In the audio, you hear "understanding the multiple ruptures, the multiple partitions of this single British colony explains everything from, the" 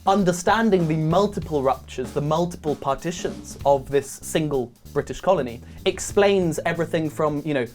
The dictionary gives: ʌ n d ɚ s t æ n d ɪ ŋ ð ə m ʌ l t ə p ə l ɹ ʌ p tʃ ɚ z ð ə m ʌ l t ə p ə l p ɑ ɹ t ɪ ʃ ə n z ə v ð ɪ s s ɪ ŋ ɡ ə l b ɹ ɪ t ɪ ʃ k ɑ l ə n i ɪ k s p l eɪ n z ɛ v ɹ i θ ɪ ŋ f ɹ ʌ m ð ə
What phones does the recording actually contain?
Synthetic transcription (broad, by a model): ʌ n d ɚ s t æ n d ɪ ŋ ð ə m ʌ l t ə p ə l ɹ ʌ p tʃ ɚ z ð ə m ʌ l t ə p ə l p ɑ t ɪ ʃ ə n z ə v ð ɪ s s ɪ ŋ ɡ ə l b ɹ ɪ t ɪ ʃ k ɑ l ə n i ɪ k s p l eɪ n z ɛ v ɹ i θ ɪ ŋ f ɹ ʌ m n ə